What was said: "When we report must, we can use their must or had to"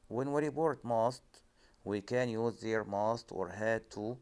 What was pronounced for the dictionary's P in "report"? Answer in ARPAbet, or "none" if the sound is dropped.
B